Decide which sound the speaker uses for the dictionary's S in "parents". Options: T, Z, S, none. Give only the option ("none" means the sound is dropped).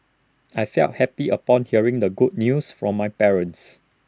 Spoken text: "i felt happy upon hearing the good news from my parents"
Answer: S